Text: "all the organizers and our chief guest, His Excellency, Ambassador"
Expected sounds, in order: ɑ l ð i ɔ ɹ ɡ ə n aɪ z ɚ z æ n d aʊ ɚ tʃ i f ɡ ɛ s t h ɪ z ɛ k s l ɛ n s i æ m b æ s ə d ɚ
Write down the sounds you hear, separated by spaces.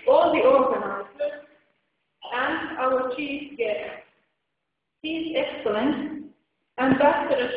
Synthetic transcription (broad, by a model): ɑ l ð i ɔ ɹ ɡ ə n aɪ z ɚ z æ n d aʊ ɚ tʃ i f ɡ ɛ t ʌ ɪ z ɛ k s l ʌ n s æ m b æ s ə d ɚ